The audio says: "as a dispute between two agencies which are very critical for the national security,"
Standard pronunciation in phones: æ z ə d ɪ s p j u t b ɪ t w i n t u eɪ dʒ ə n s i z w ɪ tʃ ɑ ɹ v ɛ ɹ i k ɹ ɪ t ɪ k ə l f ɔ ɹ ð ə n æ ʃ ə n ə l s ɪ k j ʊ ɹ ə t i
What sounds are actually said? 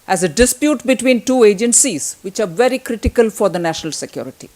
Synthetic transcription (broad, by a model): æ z ə d ɪ s p j u t b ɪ t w i n t u eɪ dʒ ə n s i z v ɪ tʃ ɑ ɹ v ɛ ɹ i k ɹ ɪ t ɪ k ə l f ɔ ɹ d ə n æ ʃ ə n ə l s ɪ k j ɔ ɹ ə t i